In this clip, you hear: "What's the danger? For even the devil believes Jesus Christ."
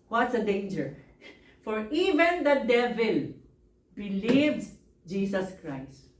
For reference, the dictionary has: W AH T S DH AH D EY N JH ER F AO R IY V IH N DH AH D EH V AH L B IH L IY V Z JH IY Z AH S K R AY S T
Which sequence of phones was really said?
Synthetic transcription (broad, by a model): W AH T S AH D EY N JH ER F AO R IY V IH N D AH D EH V AH L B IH L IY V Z JH IY S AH S K R AY S T